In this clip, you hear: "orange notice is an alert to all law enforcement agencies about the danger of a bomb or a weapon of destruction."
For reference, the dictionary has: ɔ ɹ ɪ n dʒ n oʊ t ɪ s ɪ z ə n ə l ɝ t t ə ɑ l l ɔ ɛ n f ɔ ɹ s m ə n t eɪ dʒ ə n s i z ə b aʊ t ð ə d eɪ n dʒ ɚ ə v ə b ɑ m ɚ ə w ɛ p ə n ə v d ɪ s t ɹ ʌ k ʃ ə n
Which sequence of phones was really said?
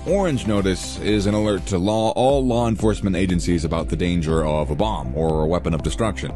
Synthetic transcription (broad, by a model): ɔ ɹ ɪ n dʒ n oʊ t ɪ s ɪ z ə n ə l ɝ t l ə ɑ l l ɔ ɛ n f ɔ ɹ s m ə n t eɪ dʒ ə n s i z ə b aʊ t ð ə d eɪ n dʒ ɚ ə v ə b ɑ m ɚ ə w ɛ p ə n ə v d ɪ s t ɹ ʌ k ʃ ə n